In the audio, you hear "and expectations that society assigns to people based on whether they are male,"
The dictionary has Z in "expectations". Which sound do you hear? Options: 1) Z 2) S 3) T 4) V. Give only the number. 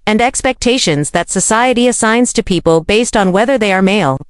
1